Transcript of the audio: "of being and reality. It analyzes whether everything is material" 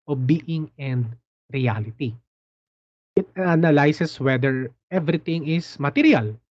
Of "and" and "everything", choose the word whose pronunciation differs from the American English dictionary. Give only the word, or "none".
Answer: everything